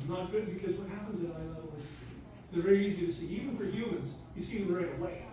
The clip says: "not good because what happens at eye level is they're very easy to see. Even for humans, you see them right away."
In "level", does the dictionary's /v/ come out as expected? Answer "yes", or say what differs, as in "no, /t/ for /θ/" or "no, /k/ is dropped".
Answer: no, /v/ is dropped